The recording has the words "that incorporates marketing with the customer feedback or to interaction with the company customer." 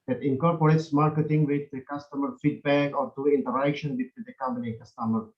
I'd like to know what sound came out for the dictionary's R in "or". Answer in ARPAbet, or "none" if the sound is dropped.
R